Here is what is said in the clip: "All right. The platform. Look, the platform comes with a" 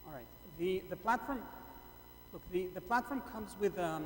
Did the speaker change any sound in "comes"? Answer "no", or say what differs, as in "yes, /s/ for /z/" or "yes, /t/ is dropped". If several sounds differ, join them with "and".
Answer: no